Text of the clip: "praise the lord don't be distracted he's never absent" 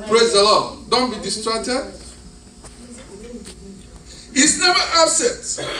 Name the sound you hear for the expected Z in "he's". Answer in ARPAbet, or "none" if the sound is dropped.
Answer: S